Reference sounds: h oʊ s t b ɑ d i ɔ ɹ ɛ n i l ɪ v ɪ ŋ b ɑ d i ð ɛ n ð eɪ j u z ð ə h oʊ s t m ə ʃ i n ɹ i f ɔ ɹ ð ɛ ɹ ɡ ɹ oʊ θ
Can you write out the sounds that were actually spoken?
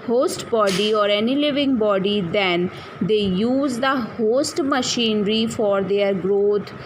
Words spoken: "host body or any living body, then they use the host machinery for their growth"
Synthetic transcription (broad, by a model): h oʊ s t b ɑ d i ɔ ɹ ɛ n i l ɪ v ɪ ŋ b ɑ d i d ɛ n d eɪ j u z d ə h oʊ s t m ə ʃ i n ɹ i f ɔ ɹ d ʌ ɹ ɡ ɹ oʊ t